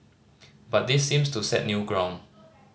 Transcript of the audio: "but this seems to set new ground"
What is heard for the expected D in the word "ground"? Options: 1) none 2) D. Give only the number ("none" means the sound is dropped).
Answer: 1